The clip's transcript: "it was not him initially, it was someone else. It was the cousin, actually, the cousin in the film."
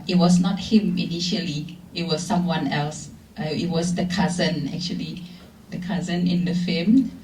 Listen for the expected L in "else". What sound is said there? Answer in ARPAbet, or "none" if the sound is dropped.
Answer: L